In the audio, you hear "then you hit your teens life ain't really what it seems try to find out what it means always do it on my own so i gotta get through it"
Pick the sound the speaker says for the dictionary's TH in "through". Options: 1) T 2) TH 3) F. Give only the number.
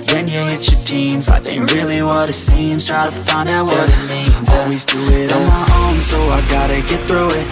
2